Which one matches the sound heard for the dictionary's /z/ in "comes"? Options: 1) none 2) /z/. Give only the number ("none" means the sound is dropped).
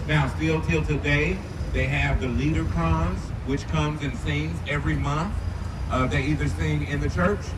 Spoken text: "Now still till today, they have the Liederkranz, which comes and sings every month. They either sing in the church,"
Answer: 2